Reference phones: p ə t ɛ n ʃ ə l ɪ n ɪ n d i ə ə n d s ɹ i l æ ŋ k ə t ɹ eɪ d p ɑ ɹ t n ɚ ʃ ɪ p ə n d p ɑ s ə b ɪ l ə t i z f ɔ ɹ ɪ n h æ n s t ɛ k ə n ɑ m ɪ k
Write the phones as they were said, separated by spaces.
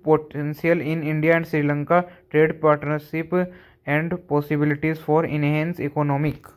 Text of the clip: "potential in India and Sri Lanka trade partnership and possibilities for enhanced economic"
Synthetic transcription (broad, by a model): p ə t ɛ n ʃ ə l ɪ n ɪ n d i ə ə n d s ɹ i l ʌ ŋ k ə t ɹ eɪ d p ɑ ɹ t n ɚ ʃ ɪ p ə n d p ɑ s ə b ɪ l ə t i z f ɔ ɹ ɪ n h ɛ n s ɛ k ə n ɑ m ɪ k